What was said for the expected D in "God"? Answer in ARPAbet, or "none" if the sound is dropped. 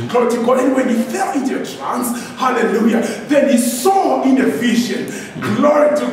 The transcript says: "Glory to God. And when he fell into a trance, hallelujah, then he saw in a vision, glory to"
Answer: none